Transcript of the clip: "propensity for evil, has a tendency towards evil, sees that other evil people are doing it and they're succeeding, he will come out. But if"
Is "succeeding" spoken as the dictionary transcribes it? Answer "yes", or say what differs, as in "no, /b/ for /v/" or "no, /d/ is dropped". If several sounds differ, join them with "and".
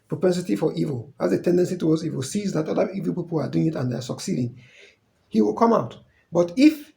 yes